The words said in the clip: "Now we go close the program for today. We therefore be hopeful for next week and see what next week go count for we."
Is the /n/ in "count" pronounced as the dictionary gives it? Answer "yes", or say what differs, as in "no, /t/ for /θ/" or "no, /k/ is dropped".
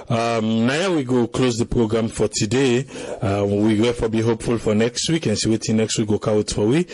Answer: no, /n/ is dropped